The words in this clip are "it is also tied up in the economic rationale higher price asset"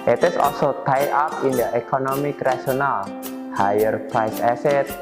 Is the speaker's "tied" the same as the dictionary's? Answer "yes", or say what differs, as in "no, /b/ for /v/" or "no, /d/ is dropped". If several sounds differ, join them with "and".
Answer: no, /d/ is dropped